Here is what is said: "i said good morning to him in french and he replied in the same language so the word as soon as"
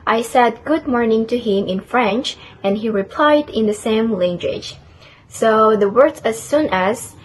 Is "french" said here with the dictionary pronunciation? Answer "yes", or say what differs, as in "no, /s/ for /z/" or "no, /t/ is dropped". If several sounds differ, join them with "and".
yes